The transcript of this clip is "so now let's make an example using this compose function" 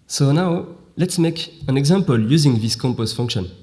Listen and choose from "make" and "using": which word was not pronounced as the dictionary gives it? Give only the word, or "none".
none